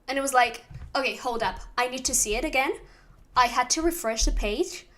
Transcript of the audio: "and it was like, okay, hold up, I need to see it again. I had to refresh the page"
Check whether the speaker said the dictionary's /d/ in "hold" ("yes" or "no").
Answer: yes